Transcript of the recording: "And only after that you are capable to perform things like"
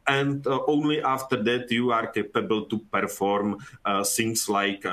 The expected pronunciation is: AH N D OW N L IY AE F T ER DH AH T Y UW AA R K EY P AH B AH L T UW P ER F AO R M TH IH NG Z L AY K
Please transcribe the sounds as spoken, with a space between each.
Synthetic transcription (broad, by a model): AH N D OW N L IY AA F T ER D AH T Y UW AA R K EY P AH B AH L T UW P ER F AO R M S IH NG S L AY K